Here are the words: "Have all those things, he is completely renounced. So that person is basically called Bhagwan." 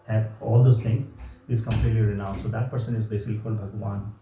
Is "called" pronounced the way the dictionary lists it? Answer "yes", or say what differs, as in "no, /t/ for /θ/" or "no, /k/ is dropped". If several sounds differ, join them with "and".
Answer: no, /l/ is dropped